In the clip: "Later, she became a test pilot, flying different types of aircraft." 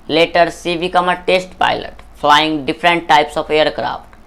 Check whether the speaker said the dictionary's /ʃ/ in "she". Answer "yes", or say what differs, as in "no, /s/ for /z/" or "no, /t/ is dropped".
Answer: no, /s/ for /ʃ/